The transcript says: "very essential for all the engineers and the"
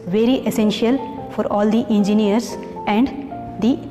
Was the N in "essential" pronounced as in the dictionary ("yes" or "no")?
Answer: yes